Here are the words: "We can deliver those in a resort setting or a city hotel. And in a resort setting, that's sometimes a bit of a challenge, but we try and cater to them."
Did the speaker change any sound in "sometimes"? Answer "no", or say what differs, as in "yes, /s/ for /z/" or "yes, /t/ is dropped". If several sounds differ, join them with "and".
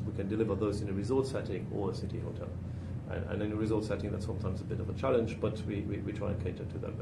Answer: no